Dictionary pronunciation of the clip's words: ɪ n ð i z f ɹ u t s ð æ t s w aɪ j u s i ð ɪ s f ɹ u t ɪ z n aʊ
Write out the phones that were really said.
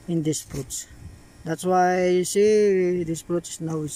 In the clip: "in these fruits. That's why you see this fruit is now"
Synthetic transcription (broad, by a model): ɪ n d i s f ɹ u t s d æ t s w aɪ j u s i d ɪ s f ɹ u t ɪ s n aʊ